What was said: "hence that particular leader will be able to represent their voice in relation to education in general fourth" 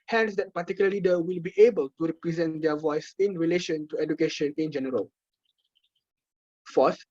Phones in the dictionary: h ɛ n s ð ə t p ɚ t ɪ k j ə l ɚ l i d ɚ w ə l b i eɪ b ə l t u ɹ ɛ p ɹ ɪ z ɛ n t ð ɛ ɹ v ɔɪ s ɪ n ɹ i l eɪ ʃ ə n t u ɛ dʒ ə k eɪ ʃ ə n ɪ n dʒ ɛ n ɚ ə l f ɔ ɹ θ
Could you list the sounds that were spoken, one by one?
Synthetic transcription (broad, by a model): h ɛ n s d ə t p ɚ t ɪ k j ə l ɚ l i d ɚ w ə l b i eɪ b ə l t u ɹ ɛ p ɹ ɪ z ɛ n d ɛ v ɔɪ s ɪ n ɹ i l eɪ ʃ ə n t u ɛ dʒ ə k eɪ ʃ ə n ɪ n dʒ ɛ n ɚ ə l f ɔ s